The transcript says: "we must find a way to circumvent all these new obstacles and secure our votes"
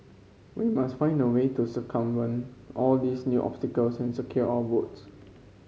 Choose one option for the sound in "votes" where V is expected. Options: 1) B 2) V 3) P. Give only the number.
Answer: 1